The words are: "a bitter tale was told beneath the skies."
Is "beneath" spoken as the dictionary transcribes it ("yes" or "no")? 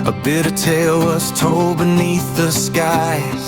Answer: yes